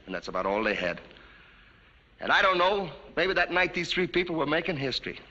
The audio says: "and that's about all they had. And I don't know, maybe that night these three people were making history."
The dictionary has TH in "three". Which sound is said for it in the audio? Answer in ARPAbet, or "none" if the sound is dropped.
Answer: TH